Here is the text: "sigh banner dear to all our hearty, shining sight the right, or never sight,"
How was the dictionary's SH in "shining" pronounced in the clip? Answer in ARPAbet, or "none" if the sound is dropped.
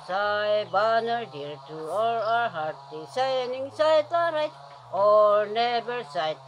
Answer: S